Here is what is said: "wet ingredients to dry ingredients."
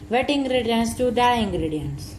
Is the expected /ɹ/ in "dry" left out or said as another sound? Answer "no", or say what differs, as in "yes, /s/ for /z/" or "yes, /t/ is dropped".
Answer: yes, /ɹ/ is dropped